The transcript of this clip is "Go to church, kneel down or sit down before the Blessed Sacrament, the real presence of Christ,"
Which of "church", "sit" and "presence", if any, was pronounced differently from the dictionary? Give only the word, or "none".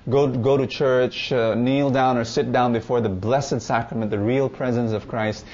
none